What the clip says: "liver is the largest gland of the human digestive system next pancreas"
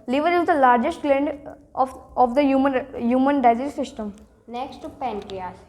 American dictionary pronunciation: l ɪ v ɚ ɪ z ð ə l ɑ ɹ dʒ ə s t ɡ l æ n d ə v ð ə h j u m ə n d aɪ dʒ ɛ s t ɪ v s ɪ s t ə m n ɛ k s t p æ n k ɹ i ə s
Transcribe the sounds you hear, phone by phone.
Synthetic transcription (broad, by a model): l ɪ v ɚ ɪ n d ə l ɑ ɹ dʒ ə s t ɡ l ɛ n d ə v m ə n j u m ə n d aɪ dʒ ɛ t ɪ s ɪ s t ə m n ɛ k s t p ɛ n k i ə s